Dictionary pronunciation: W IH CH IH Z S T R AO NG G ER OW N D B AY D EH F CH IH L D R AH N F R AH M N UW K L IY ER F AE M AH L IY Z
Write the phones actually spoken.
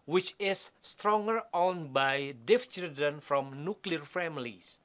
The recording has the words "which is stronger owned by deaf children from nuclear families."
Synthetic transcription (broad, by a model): W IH CH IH S T R AO NG G ER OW N B AY D EH F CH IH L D AH N F R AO M N UW K L IY ER F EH M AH L IY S